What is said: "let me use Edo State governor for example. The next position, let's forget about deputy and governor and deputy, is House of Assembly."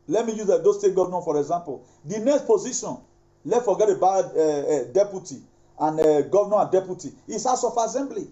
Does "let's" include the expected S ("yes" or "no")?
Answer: no